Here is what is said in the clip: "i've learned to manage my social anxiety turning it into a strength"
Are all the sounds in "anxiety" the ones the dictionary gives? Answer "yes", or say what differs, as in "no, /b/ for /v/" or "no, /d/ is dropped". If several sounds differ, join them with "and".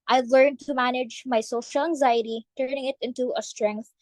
yes